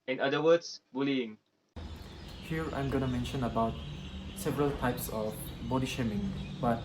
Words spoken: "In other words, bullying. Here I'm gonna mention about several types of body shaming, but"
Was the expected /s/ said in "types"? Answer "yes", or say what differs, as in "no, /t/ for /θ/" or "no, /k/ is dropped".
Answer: yes